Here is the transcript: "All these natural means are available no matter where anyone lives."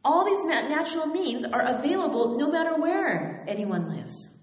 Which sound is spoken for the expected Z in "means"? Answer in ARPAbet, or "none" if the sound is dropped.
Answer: Z